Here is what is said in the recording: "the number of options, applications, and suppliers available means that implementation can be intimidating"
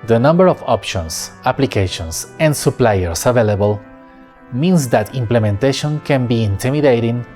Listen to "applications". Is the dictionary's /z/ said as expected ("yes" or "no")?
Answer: no